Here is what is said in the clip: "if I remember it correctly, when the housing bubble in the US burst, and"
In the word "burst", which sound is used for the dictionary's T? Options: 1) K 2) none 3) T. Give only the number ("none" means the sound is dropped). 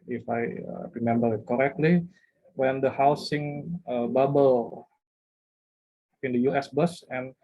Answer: 2